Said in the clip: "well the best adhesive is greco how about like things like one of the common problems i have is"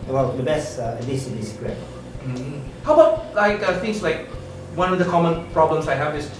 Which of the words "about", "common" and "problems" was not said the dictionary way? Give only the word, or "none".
problems